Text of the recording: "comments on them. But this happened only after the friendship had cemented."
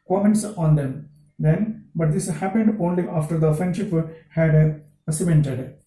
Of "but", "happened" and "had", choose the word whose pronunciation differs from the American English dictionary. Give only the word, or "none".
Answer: none